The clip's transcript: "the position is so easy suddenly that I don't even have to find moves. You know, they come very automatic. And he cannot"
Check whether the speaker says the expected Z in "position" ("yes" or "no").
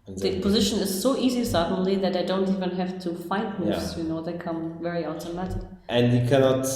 yes